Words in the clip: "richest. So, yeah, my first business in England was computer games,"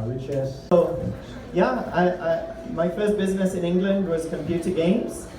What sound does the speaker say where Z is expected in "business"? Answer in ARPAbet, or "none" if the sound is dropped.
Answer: Z